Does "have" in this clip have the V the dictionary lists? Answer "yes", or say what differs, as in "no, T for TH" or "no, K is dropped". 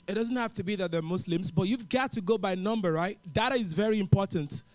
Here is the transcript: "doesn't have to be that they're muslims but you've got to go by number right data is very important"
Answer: no, F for V